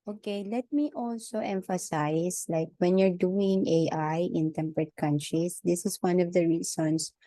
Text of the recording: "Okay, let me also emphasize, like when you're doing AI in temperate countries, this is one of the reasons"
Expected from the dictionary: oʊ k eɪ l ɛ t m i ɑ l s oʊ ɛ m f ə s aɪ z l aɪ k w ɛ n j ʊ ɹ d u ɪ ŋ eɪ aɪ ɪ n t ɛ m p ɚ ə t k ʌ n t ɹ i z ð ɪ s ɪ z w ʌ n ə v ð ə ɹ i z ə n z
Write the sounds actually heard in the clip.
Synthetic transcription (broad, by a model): oʊ k eɪ l ɛ t m i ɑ l s oʊ ɛ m f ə s aɪ s l aɪ k w ɛ n j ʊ ɹ d u ɪ ŋ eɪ aɪ ɪ n t ɛ m p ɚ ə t k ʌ n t ɹ i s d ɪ s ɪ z w ʌ n ə v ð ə ɹ i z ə n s